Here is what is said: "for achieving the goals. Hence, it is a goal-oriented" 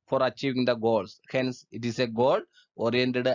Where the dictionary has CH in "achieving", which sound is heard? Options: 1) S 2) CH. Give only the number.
2